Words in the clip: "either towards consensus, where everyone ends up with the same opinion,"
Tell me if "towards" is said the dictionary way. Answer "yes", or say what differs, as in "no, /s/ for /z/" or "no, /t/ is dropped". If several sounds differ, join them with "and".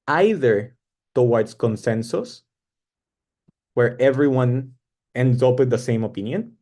no, /s/ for /z/